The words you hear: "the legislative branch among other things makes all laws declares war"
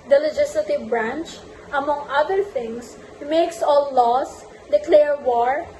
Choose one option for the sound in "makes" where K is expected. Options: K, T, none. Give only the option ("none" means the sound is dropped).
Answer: K